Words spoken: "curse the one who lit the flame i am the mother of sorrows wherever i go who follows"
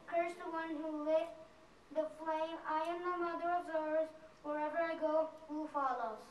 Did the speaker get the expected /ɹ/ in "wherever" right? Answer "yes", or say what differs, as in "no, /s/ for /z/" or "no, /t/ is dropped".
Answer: yes